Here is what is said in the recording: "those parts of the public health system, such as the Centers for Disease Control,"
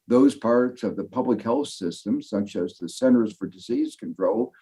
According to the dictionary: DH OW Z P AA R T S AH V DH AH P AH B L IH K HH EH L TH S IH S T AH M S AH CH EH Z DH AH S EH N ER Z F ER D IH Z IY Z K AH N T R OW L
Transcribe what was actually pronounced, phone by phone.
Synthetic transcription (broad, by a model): DH OW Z P AA R T S AH V DH AH P AH B L IH K HH EH L TH S IH S T AH M S AH CH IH Z DH AH S EH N ER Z F ER D IH Z IY Z K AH N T R OW L